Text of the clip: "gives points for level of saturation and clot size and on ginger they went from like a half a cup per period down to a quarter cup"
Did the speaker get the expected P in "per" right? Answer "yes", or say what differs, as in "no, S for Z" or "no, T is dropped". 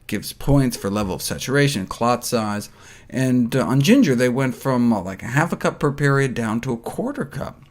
yes